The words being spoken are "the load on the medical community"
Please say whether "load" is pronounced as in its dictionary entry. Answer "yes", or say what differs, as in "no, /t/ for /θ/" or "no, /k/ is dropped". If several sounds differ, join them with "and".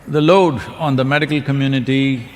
yes